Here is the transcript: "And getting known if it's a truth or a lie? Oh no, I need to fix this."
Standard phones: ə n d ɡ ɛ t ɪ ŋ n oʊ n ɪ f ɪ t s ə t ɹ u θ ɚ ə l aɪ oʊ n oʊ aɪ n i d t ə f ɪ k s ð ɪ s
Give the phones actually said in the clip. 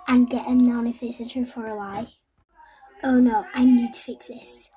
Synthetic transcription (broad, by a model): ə n ɡ ɛ t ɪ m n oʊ n ɪ f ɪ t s ə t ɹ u f ɚ ə l aɪ oʊ n oʊ aɪ n i d t ə f ɪ k s ð ɪ s